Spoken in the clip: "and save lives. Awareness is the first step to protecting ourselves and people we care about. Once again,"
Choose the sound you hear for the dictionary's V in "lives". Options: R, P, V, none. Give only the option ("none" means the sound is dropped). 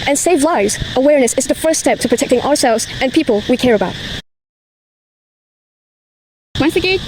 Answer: V